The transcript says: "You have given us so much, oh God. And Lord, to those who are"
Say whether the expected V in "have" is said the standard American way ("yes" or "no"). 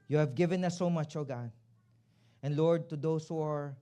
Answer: yes